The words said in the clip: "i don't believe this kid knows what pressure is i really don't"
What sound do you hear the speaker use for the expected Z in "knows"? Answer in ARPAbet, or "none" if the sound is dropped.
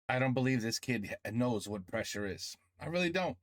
Z